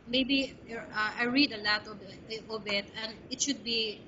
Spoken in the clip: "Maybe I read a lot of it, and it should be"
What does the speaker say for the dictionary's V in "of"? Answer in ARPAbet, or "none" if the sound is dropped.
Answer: B